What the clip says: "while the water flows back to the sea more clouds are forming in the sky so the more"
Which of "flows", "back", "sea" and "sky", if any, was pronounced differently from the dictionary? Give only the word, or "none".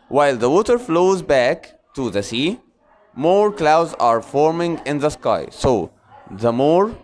none